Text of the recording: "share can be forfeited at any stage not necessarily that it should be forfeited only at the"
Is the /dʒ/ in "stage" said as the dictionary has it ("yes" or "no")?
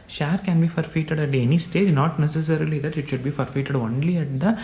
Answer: yes